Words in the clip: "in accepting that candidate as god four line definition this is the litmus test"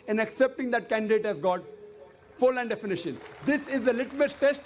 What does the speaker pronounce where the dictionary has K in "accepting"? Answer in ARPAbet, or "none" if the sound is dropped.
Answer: K